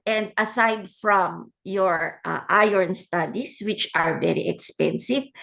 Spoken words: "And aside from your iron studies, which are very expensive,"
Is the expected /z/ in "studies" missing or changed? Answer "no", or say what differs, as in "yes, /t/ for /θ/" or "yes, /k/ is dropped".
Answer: yes, /s/ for /z/